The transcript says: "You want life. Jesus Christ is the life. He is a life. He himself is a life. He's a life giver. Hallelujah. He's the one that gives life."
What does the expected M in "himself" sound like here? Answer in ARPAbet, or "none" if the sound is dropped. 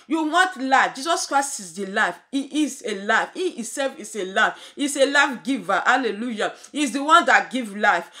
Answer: none